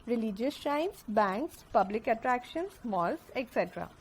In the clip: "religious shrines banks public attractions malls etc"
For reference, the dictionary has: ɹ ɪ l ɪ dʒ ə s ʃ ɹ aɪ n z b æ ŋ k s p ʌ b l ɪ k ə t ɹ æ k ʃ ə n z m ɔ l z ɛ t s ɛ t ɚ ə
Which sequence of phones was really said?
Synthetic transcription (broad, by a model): ɹ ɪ l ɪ dʒ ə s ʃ aɪ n s b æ ŋ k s p ʌ b l ɪ k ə t ɹ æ k ʃ ə n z m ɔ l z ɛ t s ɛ t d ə